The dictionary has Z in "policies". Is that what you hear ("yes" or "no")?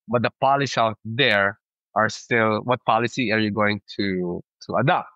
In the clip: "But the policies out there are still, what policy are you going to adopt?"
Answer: no